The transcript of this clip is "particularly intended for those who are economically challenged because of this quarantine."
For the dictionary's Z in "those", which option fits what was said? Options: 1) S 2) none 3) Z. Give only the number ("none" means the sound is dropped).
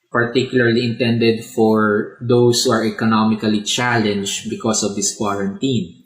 1